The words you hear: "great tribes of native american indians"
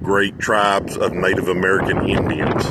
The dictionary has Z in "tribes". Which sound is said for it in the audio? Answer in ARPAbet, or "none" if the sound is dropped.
Z